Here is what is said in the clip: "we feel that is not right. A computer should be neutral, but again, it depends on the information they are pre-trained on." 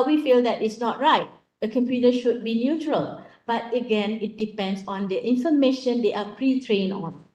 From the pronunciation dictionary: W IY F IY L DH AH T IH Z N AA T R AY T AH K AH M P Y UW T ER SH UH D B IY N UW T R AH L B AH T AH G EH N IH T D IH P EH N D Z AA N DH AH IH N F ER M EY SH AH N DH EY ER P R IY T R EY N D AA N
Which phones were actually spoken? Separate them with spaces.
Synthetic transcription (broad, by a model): W IY F IY L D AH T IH S N AA T R AY T AH K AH M P Y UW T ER SH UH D B IY N UW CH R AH L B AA T AH G EH N IH T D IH P EH N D S AA N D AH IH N F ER M EY SH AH N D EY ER P R IY T R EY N AA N